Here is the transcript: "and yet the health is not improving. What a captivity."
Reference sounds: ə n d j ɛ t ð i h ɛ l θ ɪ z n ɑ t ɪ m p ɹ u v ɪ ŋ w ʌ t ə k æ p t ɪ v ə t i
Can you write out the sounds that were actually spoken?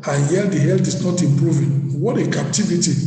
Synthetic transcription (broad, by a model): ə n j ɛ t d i h ɛ l t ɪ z n ɑ t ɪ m p ɹ u v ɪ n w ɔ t ə k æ p t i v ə t i